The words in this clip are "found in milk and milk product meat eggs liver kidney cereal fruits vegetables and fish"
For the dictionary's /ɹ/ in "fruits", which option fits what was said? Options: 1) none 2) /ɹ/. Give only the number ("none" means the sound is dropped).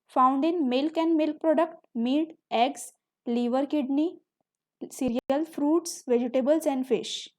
2